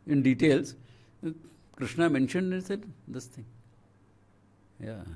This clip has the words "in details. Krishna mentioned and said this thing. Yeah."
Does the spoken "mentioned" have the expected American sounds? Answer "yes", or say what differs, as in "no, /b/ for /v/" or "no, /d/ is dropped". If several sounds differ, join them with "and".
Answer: yes